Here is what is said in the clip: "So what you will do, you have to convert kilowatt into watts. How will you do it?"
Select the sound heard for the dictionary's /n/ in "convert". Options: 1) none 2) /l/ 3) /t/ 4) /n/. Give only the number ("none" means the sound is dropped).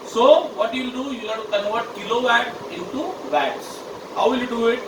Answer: 1